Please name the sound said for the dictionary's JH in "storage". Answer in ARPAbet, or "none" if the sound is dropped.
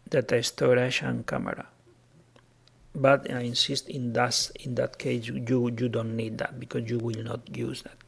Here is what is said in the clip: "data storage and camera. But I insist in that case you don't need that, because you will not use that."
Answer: SH